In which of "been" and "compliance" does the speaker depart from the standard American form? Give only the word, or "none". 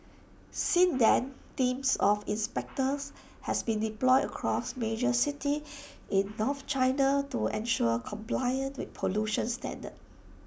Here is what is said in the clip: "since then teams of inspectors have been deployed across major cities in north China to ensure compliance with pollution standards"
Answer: compliance